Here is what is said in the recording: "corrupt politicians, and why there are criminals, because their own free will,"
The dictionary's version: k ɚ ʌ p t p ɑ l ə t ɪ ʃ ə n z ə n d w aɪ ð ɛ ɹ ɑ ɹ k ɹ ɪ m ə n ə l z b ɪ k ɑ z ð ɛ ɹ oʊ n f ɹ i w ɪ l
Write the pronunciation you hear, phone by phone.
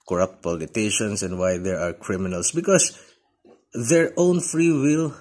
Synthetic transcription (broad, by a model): k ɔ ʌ p t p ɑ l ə t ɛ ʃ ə n s ə n d w aɪ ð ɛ ɹ ɑ ɹ k ɹ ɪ m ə n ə l s b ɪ k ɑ s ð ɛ ɹ oʊ n f ɹ i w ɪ l